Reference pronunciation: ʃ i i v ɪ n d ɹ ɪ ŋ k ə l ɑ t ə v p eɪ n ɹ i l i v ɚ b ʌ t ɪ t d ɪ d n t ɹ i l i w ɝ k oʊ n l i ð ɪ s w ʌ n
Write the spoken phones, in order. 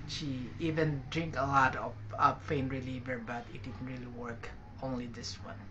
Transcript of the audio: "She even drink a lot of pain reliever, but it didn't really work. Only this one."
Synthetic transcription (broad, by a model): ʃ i i v ɪ n d ɹ ɪ ŋ k ə l ɑ t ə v f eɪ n ɹ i l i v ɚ b ʌ t ɪ t d ɪ d n t ɹ i l i w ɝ k oʊ n l i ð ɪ s w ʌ n